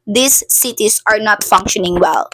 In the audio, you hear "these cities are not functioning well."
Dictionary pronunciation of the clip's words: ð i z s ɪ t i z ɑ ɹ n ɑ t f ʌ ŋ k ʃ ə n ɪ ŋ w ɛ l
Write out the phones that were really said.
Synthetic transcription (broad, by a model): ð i s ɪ t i s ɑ ɹ n ɑ t f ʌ ŋ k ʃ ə n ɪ ŋ w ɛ l